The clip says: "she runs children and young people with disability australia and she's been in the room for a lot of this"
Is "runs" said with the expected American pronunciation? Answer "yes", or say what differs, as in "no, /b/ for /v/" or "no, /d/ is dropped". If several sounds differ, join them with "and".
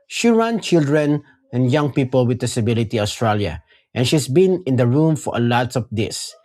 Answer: no, /z/ is dropped